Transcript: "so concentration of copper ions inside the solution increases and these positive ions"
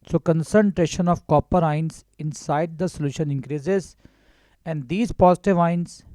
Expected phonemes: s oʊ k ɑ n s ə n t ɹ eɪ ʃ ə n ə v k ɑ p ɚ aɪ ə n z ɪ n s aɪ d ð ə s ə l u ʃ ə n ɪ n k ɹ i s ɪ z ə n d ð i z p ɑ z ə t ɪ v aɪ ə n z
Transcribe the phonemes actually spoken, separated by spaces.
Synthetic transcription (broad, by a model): s oʊ k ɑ n s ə n t ɹ eɪ ʃ ə n ə v k ɑ p ɚ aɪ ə n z ɪ n s aɪ d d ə s ə l u ʃ ə n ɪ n k ɹ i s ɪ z ə n d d i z p ɑ z ə t ɪ v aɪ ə n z